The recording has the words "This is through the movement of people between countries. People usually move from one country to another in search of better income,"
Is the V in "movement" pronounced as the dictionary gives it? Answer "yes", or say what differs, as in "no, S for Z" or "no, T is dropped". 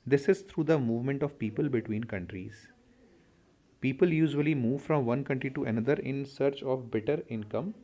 yes